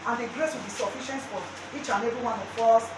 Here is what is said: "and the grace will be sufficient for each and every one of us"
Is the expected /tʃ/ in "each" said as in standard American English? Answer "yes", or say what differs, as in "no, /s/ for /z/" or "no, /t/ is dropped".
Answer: yes